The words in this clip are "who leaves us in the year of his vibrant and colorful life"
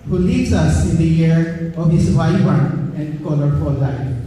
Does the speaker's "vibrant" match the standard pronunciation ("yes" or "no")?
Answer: no